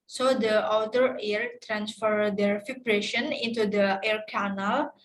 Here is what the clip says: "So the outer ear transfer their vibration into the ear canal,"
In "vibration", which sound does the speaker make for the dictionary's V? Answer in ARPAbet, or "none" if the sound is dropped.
F